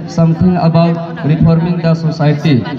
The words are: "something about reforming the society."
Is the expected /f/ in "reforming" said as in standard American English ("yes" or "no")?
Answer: no